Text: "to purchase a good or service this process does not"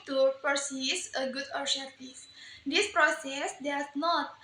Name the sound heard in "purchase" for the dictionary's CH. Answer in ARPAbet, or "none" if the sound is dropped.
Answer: S